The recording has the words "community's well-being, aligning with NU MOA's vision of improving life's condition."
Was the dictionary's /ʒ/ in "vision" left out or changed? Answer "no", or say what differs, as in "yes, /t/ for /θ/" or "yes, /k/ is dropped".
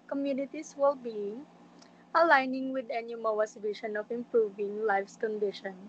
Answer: yes, /ʃ/ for /ʒ/